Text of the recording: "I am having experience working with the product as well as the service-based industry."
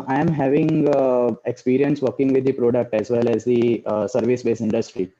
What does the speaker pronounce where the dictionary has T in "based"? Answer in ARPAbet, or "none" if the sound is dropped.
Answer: none